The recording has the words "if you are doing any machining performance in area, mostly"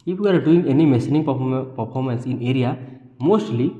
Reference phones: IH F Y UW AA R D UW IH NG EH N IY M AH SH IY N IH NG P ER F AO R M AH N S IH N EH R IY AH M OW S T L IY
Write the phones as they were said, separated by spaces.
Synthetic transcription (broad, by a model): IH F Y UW AA R D UW IH NG EH N IY M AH S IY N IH NG P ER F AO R M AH N S IH N EH R IY AH M OW S T L IY